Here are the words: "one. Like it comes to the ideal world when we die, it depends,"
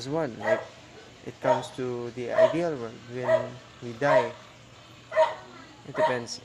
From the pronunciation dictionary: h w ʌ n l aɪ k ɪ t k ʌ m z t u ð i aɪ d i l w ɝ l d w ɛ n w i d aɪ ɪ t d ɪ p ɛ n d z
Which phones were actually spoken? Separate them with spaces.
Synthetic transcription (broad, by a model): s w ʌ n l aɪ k ɪ t k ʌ m s t u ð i aɪ d i l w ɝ d w ɛ n w i d aɪ ɪ t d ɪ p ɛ n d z